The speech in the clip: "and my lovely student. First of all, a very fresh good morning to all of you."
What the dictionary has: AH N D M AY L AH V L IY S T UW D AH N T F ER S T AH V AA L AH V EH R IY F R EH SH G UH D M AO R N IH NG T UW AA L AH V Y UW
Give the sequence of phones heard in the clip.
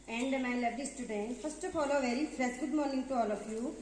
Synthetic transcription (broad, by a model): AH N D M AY L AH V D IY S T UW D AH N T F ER S T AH F AA L AH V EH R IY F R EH S G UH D M AO R N IH NG T UW AA L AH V Y UW